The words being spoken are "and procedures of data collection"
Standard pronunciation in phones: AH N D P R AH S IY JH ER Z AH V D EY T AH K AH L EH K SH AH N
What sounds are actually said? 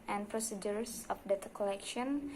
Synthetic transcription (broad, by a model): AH N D P R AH S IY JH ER S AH F D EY T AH K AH L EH K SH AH N